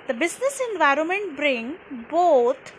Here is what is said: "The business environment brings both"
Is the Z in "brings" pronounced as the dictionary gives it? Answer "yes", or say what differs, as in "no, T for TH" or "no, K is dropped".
no, Z is dropped